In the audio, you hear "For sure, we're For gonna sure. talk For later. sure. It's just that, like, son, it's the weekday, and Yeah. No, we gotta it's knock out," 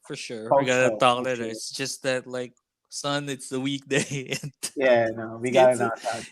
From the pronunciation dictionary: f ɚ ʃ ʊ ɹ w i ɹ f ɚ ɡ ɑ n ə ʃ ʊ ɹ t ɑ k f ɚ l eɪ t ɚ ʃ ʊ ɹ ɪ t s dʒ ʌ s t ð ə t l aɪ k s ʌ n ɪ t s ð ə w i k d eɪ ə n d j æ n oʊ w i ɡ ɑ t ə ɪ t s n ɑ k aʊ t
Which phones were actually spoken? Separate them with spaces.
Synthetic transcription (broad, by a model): f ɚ ʃ ʊ ɹ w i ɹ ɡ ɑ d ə t ɑ k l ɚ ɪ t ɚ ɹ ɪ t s dʒ ʌ s t ð ə t l aɪ k s ʌ n ɪ t s ð ə w i k d eɪ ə n j æ n oʊ w i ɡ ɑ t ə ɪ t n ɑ aʊ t